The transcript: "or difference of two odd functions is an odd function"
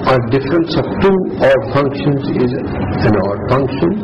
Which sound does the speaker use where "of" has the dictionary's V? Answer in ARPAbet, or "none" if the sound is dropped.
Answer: P